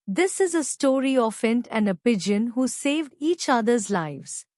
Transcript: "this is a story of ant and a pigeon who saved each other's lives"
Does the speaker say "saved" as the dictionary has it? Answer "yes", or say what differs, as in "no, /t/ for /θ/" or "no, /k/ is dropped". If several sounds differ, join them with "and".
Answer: yes